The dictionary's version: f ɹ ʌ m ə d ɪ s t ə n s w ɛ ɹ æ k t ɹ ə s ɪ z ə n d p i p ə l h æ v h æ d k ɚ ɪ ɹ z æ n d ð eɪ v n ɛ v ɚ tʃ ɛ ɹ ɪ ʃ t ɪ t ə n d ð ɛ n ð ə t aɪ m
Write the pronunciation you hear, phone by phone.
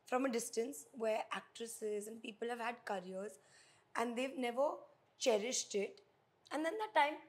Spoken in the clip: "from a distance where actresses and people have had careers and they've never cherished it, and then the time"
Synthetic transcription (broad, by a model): f ɹ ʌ m ə d ɪ s t ə n s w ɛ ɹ æ k t ɹ ə s ɪ z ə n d p i p ə l h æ v h æ d k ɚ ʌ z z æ n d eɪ v n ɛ v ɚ tʃ ɛ ɹ ɪ ʃ t ɪ t ə n d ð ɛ n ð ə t aɪ m